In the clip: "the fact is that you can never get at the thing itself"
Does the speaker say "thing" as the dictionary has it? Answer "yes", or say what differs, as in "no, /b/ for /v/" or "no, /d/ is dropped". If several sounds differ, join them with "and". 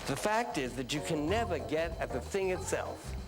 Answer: yes